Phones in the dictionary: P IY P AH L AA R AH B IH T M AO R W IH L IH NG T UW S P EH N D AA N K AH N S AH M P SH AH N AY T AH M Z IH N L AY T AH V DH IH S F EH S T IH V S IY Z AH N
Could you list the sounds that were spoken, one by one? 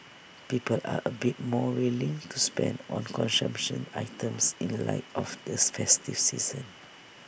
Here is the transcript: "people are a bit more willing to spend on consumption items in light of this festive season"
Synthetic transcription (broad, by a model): P IY P AH L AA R AH B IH T M AO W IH L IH NG T UW S P EH N D AA N K AH N S AH M P SH AH N AY T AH M S IH N L AY T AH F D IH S F EH S T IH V S IY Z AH N